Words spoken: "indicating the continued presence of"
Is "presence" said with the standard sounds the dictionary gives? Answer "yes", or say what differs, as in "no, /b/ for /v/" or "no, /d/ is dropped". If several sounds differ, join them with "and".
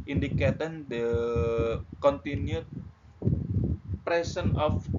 no, /s/ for /z/ and /s/ is dropped